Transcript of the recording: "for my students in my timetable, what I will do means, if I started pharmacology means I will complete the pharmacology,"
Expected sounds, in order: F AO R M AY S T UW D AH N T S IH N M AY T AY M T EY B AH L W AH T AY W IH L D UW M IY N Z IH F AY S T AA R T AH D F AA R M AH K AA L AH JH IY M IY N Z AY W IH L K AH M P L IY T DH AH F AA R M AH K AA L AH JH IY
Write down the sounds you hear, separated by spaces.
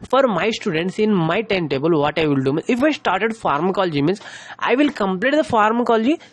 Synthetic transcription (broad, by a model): F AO R M AY S T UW D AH N T S IH N M AY T AY M T EY B AH L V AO T AY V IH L D UW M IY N IH F AY S T AA R T AH D F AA R M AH K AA L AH JH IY M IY N S AY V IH L K AH M P L IY T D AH F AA R M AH K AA L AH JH IY